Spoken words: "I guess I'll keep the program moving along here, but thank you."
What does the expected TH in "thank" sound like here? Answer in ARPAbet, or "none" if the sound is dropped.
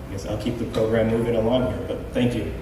TH